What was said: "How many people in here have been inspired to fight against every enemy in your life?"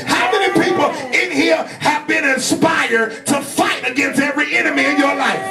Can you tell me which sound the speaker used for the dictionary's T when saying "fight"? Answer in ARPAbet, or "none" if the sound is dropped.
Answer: T